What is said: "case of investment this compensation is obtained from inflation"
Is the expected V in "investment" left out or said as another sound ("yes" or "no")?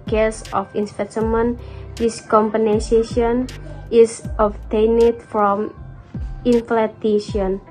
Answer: yes